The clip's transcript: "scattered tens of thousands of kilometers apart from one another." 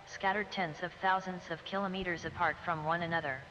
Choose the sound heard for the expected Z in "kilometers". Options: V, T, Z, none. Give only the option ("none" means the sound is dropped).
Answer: Z